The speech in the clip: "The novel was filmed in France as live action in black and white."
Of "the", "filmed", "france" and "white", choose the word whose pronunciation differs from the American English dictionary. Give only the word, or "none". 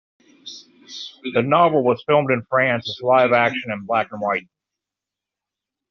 none